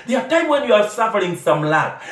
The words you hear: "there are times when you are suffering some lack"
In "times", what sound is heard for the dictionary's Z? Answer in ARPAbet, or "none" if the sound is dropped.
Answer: none